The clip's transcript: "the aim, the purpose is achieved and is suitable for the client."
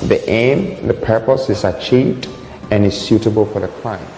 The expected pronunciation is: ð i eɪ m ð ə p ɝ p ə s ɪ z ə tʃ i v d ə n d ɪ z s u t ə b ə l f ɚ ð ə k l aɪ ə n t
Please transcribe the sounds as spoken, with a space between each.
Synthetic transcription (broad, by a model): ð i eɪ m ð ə p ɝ p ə s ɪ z ə tʃ i v d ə n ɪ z s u t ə b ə l f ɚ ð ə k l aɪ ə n